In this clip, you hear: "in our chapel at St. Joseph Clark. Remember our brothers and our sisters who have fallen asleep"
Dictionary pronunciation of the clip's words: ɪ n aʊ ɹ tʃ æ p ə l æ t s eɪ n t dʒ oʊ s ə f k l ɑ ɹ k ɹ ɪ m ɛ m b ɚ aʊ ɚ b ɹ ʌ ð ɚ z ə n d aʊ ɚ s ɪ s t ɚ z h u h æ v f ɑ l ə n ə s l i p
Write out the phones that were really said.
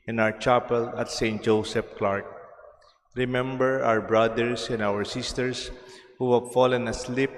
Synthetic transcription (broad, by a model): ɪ n aʊ ɹ tʃ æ p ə l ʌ t s eɪ n t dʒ oʊ s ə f k l ɑ ɹ k ɹ ɪ m ɛ m b ɚ aʊ ɚ b ɹ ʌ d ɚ s ə n d aʊ ɚ s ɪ s t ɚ s h u h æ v f ɑ l ə n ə s l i p